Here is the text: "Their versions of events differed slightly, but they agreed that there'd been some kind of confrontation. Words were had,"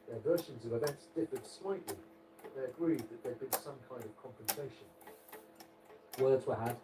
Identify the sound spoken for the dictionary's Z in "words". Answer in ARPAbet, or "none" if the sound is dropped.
Z